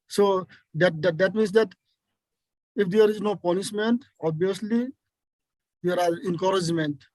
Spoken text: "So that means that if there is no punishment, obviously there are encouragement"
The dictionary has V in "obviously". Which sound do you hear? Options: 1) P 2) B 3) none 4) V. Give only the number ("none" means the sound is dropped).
3